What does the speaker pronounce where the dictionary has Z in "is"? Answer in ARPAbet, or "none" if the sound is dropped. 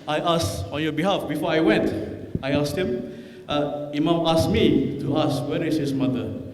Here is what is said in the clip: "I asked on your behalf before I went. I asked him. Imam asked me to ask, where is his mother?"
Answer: S